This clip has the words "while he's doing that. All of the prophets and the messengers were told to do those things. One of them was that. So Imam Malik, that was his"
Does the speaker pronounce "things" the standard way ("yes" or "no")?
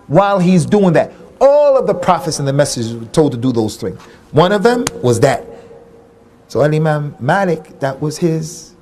yes